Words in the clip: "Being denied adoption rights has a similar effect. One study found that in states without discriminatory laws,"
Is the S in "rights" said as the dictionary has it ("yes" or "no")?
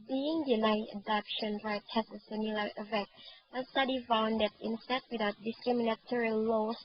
no